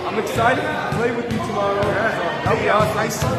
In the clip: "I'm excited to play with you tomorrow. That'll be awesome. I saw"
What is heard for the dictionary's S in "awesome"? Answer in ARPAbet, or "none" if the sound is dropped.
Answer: none